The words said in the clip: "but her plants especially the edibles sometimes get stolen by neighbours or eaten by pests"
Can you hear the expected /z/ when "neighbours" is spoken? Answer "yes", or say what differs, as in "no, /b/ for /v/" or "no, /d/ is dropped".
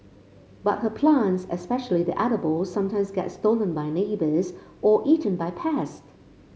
yes